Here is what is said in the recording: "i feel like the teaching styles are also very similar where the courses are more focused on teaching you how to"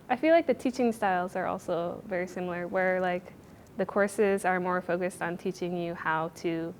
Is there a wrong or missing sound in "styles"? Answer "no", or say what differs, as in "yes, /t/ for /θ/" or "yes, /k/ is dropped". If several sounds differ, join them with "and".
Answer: no